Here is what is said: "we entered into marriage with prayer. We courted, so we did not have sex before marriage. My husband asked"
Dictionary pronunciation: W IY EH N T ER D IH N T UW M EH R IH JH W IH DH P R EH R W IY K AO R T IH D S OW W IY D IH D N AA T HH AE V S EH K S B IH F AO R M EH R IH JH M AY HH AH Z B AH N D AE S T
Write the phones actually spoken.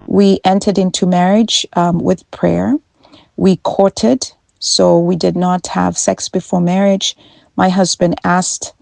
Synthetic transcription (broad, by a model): W IY EH N T ER D IH N T UW M EH R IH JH W IH DH P R EH R W IY K AO R T IH D S OW W IY D IH D N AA T HH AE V S EH K S B IH F AO R M EH R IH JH M AY HH AH Z B AH N D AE S T